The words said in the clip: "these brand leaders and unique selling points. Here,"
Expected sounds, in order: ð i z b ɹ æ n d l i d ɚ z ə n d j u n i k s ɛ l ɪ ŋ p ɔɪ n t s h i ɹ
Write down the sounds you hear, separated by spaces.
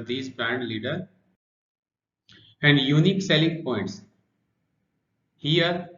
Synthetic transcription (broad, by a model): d i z b ɹ æ n d l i d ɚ ə n d j u n i k s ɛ l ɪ ŋ p ɔɪ n t s h i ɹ